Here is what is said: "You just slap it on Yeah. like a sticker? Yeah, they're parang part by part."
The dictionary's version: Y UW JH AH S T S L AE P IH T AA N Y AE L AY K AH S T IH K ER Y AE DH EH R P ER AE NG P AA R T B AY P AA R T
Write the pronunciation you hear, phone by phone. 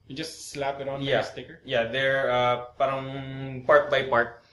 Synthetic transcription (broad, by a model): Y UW JH AH S T S L AE P IH T AA N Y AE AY AH S T IH K ER Y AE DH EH R P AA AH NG P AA R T B AY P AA R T